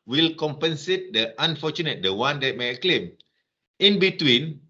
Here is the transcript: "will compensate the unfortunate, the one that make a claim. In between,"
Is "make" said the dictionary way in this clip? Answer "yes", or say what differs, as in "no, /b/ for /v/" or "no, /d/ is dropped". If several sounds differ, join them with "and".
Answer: no, /k/ is dropped